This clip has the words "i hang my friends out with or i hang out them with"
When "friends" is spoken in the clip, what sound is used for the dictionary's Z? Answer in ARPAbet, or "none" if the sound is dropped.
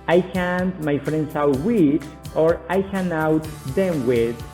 S